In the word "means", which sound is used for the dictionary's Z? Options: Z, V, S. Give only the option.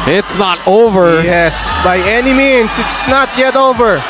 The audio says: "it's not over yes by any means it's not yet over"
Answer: S